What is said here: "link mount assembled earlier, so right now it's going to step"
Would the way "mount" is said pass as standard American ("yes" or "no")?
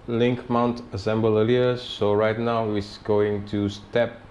yes